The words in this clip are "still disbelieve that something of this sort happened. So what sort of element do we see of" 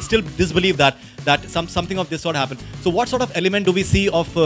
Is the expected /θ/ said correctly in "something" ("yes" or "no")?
no